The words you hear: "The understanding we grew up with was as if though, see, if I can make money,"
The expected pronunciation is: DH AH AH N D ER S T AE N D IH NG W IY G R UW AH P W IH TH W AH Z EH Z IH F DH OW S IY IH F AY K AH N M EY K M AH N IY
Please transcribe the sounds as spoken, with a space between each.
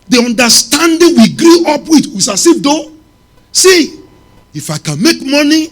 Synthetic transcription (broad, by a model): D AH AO N D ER S T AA N D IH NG W IY G R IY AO P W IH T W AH S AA S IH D OW S IY IH F AY K AH N M EY K M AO N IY